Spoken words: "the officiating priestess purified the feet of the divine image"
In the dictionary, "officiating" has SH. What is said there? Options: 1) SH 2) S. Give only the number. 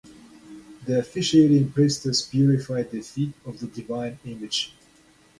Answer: 1